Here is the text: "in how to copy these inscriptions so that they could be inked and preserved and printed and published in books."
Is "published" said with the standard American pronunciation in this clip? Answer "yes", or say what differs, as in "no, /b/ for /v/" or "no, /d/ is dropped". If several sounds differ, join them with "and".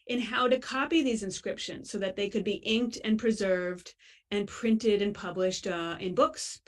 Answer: yes